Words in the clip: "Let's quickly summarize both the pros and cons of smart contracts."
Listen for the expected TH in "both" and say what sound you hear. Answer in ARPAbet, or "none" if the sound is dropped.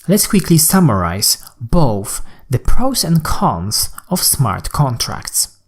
TH